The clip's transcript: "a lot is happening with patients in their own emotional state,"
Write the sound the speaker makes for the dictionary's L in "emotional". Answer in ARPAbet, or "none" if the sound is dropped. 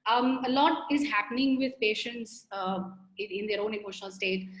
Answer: L